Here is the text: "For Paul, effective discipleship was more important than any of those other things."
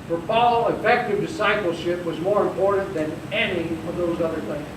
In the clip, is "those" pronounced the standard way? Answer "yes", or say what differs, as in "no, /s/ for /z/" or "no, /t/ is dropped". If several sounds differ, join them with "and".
yes